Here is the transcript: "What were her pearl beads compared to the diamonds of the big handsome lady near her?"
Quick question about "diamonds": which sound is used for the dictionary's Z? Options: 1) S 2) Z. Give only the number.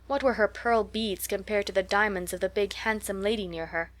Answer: 2